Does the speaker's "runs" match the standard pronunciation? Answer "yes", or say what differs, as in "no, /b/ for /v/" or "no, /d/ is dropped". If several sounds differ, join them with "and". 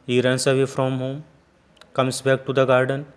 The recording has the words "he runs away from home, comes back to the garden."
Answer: no, /s/ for /z/